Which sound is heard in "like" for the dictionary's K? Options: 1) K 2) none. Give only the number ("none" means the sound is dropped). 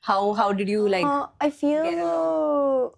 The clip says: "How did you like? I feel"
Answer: 2